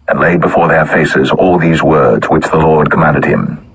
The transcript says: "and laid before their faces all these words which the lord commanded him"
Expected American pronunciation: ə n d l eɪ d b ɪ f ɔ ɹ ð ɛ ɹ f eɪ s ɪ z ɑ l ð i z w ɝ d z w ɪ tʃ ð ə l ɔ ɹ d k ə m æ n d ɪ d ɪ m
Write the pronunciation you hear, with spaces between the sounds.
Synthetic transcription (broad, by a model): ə n l eɪ d b ɪ f ɔ ɹ ð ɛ ɹ f eɪ s ɪ z ɑ l ð i z w ɝ d z w ɪ tʃ ð ə l ɔ ɹ d k ə m æ n d ɪ d ɪ m